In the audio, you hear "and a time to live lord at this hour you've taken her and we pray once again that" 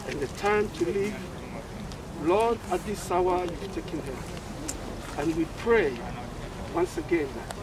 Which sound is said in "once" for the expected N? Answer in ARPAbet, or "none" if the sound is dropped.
N